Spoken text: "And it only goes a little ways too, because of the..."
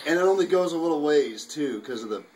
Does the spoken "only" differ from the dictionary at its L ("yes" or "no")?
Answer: no